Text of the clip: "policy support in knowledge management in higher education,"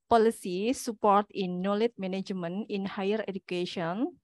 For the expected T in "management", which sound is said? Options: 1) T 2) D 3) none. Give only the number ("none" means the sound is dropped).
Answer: 3